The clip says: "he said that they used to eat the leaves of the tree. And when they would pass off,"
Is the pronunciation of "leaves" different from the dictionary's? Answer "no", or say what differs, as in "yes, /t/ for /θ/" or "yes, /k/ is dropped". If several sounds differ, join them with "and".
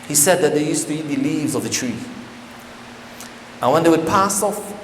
no